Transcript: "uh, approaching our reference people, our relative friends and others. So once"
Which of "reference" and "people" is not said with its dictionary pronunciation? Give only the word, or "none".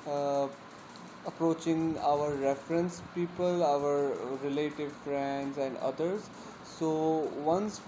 none